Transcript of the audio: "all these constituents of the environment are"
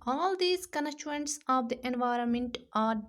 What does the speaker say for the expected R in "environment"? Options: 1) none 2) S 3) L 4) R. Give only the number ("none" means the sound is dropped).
4